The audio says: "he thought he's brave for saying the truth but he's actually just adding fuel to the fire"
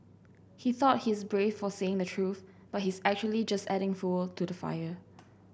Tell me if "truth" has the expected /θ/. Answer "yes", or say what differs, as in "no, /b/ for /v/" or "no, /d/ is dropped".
yes